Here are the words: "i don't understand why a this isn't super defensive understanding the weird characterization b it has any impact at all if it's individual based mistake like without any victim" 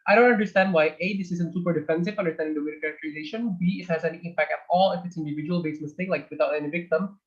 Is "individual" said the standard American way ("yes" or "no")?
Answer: yes